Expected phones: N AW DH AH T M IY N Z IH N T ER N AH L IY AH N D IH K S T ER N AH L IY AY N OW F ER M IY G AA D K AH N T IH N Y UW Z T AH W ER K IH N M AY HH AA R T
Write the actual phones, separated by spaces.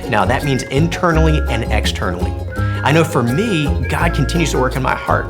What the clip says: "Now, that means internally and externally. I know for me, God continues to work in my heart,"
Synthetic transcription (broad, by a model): N AW DH AH T M IY N Z IH N T ER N L IY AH N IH K S T ER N L IY AY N OW F ER M IY G AA D K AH N T IH N Y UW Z T AH W ER K IH N M AY HH AA R T